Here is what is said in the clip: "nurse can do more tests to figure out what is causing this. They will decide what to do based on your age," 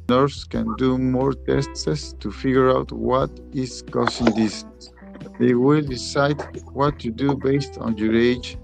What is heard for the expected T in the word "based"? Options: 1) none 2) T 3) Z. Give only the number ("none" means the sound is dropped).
2